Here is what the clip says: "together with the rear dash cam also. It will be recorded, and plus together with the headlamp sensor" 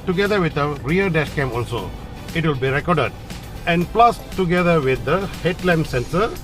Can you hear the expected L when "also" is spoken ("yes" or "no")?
yes